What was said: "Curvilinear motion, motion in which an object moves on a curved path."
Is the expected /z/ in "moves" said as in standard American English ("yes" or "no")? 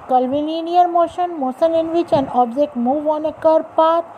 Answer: no